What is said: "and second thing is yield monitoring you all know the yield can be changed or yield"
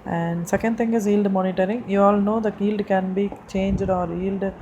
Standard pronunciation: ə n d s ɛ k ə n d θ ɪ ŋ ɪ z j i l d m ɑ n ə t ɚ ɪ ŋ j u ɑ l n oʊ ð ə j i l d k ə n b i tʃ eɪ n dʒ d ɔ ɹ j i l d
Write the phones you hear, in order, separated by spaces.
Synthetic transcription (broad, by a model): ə n d s ɛ k ə n d t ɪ ŋ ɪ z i l d m ɑ n ə t ɚ ɪ ŋ j u ɑ l n oʊ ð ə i l d k ə n b i tʃ eɪ n dʒ d ɔ ɹ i l d